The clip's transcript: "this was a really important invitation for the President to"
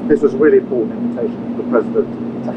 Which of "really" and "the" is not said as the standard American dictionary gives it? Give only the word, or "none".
really